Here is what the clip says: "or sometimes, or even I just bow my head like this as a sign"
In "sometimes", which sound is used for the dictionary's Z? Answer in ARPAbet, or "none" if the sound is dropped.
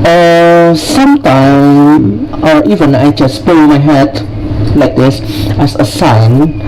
none